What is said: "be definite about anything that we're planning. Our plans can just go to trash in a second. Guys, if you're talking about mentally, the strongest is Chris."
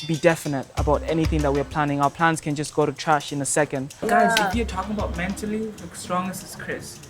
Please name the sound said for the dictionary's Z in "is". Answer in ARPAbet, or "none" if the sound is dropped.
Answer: S